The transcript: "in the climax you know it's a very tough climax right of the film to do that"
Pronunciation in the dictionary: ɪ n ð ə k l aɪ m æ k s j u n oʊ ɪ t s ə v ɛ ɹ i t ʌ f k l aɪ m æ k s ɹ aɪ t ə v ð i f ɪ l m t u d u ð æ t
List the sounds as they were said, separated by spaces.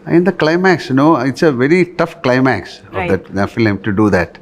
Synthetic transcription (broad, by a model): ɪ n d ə k l aɪ m æ k s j n oʊ ɪ t s ə v ɛ ɹ i t ʌ f k l aɪ m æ k s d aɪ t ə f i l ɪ m t u d u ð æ t